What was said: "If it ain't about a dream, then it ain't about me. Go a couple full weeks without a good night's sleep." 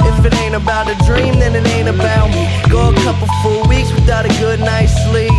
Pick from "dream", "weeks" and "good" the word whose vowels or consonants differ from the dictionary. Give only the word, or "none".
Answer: none